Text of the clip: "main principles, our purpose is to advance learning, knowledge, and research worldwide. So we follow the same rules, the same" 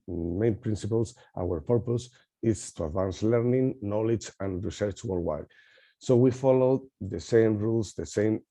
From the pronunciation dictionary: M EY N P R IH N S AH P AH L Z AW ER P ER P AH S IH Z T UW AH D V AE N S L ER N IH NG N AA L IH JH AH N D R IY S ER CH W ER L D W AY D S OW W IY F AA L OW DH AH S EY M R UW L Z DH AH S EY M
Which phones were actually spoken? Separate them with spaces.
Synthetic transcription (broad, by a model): M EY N P R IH N S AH P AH L S AW ER P ER P AH S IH S T UW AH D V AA N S L ER N IH NG N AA L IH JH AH N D R IY S ER CH W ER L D W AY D S OW W IY F AA L OW DH AH S EY M R UW L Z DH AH S EY M